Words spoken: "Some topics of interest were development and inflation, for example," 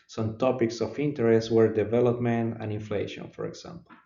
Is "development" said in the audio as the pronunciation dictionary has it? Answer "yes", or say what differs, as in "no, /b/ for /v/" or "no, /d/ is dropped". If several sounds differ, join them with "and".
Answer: yes